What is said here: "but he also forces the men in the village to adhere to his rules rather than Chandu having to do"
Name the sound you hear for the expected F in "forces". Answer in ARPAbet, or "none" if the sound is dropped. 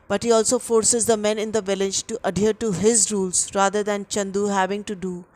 F